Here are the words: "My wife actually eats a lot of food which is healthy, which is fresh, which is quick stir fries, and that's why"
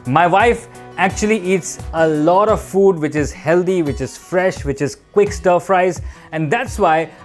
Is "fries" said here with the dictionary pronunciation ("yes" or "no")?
yes